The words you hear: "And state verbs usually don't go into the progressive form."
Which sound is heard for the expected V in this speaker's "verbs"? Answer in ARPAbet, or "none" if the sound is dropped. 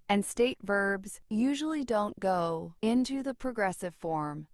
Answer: V